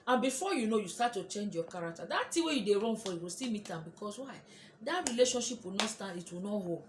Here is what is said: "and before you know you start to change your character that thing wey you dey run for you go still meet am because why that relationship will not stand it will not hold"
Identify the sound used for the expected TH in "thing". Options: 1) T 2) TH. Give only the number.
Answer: 1